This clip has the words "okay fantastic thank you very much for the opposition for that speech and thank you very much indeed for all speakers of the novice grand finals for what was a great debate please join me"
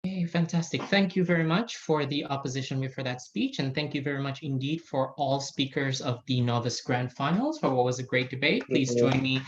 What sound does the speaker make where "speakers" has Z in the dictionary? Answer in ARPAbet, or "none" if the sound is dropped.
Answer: Z